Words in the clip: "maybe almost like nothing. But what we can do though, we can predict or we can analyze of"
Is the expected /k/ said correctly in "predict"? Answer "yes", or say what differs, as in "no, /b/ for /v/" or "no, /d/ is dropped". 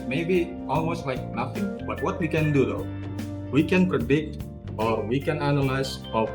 yes